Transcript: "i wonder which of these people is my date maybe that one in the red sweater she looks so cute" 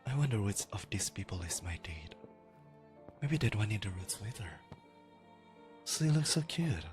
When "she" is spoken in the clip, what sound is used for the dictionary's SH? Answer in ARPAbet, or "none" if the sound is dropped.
S